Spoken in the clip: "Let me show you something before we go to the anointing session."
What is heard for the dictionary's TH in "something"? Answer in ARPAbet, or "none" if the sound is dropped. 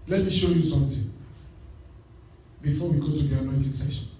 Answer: T